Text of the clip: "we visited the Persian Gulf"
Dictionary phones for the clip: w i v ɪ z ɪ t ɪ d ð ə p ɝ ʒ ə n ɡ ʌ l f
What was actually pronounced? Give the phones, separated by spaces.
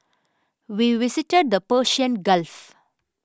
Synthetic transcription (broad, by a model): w i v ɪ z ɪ t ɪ d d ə p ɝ ʃ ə n ɡ ʌ l f